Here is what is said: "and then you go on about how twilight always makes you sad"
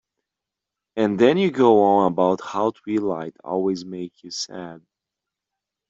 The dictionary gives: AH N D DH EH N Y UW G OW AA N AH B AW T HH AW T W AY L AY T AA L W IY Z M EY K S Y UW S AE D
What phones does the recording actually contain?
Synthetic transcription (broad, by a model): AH N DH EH N Y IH G OW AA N AH B AW T HH AW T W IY L AY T AA L W IY Z M EY K Y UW S AE D